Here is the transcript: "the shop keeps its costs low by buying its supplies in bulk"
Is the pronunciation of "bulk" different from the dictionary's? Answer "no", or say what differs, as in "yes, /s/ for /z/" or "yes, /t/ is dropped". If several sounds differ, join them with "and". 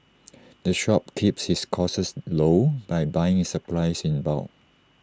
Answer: yes, /k/ is dropped